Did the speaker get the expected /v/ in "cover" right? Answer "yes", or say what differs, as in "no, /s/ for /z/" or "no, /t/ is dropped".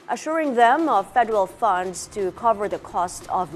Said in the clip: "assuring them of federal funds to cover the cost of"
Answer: yes